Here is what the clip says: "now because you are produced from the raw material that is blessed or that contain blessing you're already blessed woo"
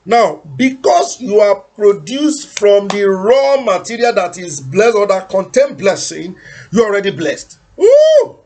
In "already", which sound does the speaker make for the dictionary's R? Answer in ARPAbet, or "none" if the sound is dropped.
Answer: R